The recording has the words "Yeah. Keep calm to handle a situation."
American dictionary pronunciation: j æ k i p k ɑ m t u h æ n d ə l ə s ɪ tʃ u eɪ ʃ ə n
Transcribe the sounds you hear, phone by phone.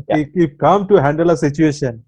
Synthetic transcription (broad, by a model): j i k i f k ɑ m t u h æ n d ə l ə s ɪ tʃ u eɪ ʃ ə n